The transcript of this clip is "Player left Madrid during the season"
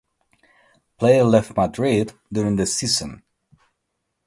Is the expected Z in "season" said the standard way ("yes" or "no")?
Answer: no